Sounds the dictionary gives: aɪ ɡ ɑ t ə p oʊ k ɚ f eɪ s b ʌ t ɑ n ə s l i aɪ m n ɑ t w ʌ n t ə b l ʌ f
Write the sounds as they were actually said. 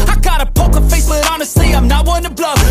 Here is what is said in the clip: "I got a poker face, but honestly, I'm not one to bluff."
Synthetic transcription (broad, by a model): aɪ ɡ ɑ t ə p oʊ k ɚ f eɪ s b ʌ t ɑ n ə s i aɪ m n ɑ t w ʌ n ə b l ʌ